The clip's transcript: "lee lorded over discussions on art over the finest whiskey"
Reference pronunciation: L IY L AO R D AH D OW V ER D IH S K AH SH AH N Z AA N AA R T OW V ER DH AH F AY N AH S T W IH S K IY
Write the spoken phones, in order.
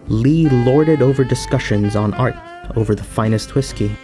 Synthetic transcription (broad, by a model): L IY L AO R D AH D OW V ER D IH S K AH SH AH N Z N AA R T OW V ER DH AH F AY N AH S T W IH S K IY